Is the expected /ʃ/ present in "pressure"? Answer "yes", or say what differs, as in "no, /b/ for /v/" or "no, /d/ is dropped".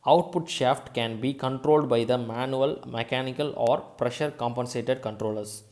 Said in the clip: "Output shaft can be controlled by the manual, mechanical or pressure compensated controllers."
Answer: yes